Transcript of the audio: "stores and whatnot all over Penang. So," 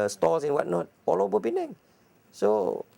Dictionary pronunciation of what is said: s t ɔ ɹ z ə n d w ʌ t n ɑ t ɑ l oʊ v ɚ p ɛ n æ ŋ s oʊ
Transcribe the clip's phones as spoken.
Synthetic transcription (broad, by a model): s t ɔ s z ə n w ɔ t n ɑ t ɑ l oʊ b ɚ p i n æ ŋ s oʊ